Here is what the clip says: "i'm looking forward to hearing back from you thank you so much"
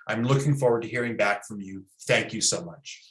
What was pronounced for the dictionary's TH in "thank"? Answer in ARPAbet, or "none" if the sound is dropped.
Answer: TH